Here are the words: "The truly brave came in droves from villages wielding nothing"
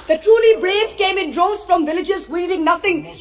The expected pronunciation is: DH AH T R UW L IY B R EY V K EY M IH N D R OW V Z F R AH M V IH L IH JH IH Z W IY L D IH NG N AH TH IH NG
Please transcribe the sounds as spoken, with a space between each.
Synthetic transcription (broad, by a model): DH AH T R UW L IY B R EY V K EY M IH N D R OW Z F R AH M V IH L IH JH IH Z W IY D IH NG N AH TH IH NG